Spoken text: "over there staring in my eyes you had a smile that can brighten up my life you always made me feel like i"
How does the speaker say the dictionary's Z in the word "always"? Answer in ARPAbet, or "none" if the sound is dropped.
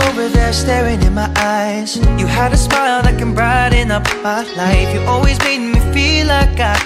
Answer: Z